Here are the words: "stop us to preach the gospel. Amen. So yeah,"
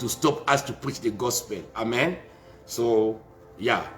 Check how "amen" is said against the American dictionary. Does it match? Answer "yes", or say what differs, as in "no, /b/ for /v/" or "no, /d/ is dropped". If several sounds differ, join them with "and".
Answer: yes